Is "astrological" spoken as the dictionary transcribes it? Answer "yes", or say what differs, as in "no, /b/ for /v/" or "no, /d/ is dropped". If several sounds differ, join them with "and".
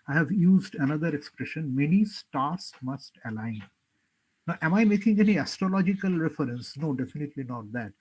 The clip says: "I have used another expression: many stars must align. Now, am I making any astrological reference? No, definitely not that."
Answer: yes